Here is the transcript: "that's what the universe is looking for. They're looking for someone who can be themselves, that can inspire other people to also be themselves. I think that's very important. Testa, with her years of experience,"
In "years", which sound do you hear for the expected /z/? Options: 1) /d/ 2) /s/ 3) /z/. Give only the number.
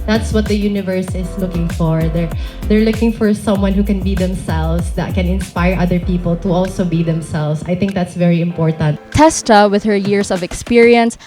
2